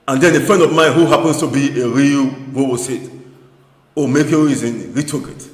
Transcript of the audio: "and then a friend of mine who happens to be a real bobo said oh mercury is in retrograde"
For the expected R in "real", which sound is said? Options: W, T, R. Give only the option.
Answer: R